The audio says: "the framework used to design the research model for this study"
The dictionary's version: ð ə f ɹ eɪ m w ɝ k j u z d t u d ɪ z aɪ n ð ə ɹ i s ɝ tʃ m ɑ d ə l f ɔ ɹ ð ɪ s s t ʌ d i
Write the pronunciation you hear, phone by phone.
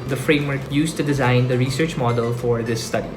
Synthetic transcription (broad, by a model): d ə f ɹ eɪ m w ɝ k j u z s t u d ɪ z aɪ n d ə ɹ i s ɝ tʃ m ɑ d ə l f ɔ ɹ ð ɪ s s t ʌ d i